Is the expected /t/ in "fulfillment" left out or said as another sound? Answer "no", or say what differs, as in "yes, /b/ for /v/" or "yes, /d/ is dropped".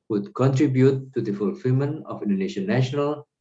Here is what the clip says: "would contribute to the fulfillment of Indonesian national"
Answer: yes, /t/ is dropped